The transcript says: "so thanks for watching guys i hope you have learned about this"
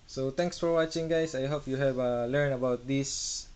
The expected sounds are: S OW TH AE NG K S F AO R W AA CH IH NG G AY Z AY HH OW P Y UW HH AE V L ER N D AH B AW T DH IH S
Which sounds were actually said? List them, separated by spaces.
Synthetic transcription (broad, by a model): S OW T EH NG K S F AO R W AA CH IH NG G AY S AY HH OW P Y UW HH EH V L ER N AH B AW T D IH S